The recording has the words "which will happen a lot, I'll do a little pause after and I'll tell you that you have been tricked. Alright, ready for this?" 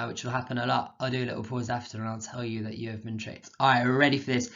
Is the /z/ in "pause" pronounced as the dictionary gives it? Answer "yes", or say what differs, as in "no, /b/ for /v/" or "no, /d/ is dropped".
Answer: yes